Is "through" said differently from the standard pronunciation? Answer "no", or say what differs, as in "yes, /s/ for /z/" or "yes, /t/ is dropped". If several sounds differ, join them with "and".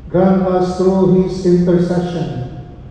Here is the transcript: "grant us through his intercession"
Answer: yes, /t/ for /θ/